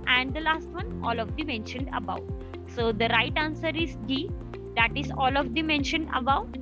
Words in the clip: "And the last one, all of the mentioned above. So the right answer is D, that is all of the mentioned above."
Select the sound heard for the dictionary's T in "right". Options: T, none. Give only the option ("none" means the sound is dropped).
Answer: T